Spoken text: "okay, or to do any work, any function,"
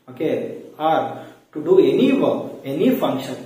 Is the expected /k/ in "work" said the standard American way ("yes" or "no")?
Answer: no